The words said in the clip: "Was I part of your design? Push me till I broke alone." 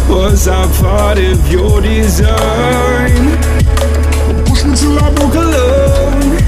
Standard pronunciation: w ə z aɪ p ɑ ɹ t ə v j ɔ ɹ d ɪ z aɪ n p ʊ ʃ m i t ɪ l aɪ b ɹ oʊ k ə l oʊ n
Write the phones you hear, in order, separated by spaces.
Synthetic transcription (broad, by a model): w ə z aɪ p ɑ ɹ t ə v j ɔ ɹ d ɪ z aɪ n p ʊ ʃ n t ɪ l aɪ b oʊ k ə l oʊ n